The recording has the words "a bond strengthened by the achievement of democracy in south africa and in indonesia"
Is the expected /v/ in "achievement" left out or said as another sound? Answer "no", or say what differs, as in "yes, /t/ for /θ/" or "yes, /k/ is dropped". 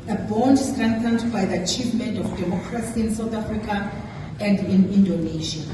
no